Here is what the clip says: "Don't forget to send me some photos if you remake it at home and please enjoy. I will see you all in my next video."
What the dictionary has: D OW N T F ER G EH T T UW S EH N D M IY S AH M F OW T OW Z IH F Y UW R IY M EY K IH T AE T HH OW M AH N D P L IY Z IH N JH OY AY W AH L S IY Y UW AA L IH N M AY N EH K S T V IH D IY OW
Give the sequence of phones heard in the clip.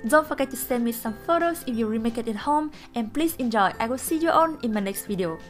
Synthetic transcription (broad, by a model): D OW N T F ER G EH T T UW S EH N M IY S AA M F OW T OW S IH F Y UW R IY M EY K IH T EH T HH OW M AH N P L IY S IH N JH OY AY W AH L S IY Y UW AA N IH N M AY N EH K S T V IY D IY OW